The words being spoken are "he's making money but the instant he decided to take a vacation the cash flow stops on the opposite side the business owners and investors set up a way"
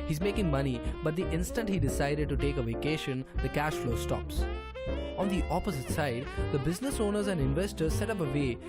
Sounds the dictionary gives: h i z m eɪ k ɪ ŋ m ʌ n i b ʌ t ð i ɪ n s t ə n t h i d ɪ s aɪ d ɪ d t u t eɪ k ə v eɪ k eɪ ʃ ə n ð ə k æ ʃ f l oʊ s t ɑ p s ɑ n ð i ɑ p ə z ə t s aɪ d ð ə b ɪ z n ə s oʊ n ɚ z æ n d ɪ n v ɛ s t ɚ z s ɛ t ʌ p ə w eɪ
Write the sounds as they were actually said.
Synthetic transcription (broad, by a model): h i z m eɪ k ɪ ŋ m ʌ n i b ʌ t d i ɪ n s t ə n t h i d ɪ s aɪ d ɪ d t u t eɪ k ə v eɪ k eɪ ʃ ə n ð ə k æ ʃ f l oʊ s t ɑ p s ɑ n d i ɑ p ə z ə t s aɪ d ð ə b ɪ z n ə s oʊ n ɚ z æ n d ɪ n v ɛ s t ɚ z s ɛ t ʌ p ə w eɪ